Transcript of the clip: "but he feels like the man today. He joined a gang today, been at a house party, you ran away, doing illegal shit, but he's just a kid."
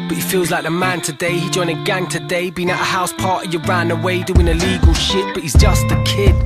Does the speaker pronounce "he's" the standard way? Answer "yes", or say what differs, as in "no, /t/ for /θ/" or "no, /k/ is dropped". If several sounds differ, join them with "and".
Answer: yes